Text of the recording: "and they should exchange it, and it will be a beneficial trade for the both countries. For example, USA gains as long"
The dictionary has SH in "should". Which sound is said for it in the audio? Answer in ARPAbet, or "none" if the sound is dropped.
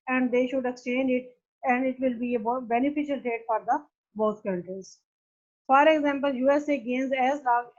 SH